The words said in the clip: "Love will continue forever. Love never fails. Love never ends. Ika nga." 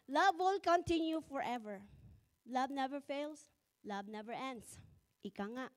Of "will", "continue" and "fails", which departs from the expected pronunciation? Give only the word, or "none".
fails